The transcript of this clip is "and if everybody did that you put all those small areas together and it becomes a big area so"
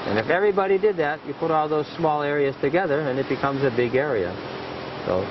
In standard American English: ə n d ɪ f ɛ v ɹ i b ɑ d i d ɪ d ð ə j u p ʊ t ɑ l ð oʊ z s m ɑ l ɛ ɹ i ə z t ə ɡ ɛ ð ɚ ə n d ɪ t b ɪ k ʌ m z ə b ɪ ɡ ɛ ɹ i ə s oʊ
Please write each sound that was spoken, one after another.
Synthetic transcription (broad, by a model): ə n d ɪ f ɛ v ɹ i b ɑ d i d ɪ d ð ə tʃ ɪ p ʊ t ɑ l ð oʊ z s m ɑ l ɛ ɹ i ə z t ə ɡ ɛ ð ɚ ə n ɪ t b ɪ k ʌ m z ə b ɪ ɡ ɛ ɹ i ə s oʊ